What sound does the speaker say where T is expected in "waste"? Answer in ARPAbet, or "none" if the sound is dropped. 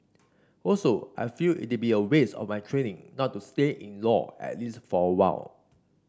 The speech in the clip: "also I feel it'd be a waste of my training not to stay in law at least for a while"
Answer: none